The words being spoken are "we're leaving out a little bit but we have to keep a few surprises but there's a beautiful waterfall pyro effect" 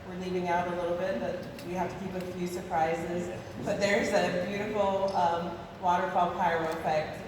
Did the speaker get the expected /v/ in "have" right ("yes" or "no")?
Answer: no